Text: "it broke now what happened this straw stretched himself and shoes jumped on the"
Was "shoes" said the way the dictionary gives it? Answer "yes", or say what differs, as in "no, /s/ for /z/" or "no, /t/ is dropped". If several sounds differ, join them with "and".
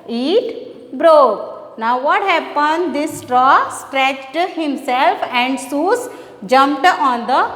no, /s/ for /ʃ/